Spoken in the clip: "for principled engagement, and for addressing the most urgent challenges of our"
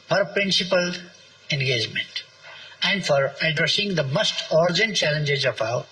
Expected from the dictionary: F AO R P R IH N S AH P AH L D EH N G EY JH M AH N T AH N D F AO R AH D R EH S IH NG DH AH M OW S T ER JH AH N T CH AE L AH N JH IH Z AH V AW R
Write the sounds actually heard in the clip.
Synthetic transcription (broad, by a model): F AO R P R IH N S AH P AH L EH N G EY JH M AH N T AH N D F AO R AH D R EH S IH NG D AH M OW S T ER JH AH N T CH AE L AH N JH IH Z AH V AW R